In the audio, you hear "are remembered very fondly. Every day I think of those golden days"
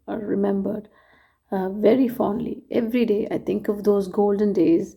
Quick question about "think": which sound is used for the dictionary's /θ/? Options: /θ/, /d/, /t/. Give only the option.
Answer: /t/